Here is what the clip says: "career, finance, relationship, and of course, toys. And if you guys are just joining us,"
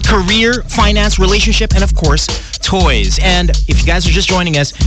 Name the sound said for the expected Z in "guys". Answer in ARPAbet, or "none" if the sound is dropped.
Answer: Z